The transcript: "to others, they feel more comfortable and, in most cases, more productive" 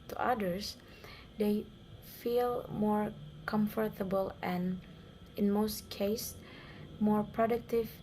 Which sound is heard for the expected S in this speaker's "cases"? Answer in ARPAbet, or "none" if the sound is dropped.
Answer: none